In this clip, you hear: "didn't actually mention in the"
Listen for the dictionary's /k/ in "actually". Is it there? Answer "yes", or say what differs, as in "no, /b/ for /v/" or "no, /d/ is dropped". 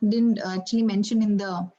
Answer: no, /k/ is dropped